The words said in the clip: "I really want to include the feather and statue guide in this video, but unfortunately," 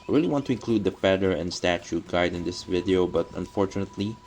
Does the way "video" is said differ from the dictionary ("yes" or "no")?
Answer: no